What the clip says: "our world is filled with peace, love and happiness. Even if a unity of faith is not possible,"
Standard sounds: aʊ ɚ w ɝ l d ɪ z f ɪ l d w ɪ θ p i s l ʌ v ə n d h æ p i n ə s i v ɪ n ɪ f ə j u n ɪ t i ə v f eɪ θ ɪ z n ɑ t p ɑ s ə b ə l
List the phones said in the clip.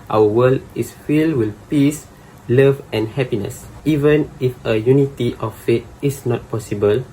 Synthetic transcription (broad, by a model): aʊ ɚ w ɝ l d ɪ s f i l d w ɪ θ p i s l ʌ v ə n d h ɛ p i n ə s i v ɪ n ɪ f ə j u n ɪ t i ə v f eɪ t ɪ s n ɑ t p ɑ s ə b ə l